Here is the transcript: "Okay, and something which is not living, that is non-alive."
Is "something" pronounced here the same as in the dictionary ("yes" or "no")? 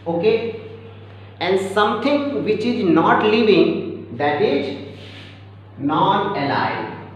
no